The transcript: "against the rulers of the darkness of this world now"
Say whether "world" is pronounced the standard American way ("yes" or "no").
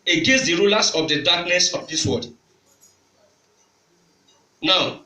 no